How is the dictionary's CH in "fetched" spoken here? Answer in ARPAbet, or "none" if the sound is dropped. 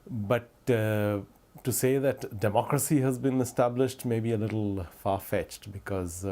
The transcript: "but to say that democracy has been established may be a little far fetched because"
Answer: CH